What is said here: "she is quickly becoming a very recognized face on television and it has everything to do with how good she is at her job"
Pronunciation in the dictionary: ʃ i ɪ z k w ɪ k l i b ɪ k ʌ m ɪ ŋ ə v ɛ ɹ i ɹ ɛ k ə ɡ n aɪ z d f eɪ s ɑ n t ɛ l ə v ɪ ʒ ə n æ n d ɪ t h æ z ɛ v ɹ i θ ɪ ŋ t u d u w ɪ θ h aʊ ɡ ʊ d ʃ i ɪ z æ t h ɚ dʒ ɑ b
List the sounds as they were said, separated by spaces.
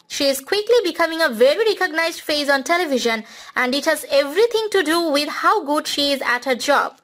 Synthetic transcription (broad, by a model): ʃ i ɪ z k w ɪ k l i b ɪ k ʌ m ɪ ŋ ə v ɛ ɹ i ɹ ɛ k ə ɡ n aɪ z d f eɪ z ɑ n t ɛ l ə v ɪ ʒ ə n æ n d ɪ t h æ z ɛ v ɹ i t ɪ ŋ t u d u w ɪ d h aʊ ɡ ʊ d ʃ i ɪ z æ t h ɚ dʒ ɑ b